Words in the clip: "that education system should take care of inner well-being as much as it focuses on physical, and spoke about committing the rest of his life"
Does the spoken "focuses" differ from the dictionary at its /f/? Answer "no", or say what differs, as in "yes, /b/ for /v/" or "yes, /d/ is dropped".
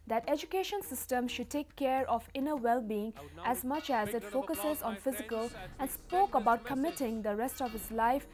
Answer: no